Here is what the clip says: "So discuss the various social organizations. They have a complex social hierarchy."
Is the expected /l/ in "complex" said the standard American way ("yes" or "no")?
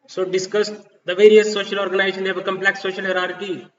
yes